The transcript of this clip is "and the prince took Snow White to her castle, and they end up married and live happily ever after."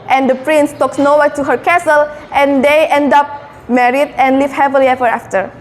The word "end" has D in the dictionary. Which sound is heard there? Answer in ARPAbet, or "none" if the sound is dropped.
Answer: D